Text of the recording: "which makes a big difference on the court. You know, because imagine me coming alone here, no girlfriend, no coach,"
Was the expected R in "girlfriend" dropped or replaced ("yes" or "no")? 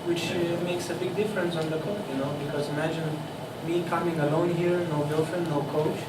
yes